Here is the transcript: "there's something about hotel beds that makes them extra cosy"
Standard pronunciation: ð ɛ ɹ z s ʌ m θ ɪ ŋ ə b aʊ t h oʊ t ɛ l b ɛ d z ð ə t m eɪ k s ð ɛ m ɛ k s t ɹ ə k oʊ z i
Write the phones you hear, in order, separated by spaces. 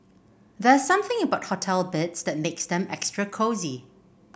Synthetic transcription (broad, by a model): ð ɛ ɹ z s ʌ m θ ɪ ŋ ə b aʊ t h oʊ t ɛ l b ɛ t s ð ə t m eɪ k s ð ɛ m ɛ k s t ɹ ə k oʊ z i